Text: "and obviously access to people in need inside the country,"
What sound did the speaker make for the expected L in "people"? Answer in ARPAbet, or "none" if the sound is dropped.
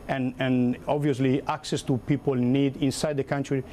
L